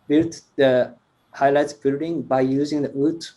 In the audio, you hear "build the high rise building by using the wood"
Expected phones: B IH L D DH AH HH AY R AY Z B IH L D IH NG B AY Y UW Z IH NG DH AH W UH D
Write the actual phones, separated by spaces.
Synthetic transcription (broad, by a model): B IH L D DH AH HH AY L AY S B IH L D IH NG B AY Y UW Z IH NG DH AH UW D